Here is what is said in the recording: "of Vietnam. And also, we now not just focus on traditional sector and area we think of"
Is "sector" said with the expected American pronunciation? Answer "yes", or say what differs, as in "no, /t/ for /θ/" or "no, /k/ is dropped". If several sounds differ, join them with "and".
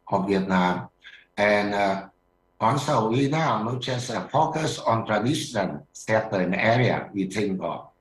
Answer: no, /k/ is dropped